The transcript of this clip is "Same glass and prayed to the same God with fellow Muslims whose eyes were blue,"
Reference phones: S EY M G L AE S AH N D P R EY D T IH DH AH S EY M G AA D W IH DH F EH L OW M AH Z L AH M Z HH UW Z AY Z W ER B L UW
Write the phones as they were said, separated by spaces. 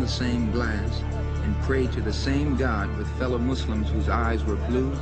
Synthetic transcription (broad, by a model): S EY M G L AE S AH N P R EY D T IH DH AH S EY M G AA D W IH DH F EH L OW M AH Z L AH M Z HH UW Z AY Z W ER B L UW